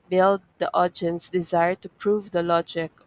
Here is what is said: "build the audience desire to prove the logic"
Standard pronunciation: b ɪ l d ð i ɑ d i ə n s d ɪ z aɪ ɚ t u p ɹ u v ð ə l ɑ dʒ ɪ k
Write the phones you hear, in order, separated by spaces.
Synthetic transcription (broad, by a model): b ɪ l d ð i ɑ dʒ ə n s d ɪ z aɪ ɚ t u p ɹ u v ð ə l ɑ dʒ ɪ k